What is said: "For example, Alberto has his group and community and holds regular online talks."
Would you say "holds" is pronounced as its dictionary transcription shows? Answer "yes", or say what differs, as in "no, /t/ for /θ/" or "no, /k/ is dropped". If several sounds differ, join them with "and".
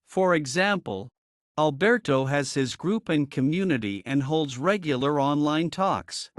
yes